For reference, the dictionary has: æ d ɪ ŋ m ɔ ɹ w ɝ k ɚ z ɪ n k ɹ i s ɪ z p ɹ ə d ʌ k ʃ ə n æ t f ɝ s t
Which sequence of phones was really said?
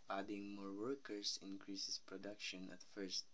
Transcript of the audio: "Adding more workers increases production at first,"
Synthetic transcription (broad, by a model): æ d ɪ ŋ m ɔ ɹ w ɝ k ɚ s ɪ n k ɹ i s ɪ s p ɹ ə d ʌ k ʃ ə n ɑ t f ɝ s t